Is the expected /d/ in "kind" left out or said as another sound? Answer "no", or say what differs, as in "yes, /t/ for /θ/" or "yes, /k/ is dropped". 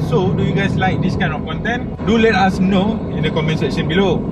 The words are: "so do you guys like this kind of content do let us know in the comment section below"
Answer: yes, /d/ is dropped